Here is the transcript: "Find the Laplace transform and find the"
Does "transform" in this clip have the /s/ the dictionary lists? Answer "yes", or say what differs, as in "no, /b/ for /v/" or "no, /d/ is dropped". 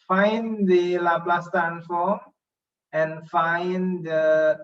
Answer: no, /s/ is dropped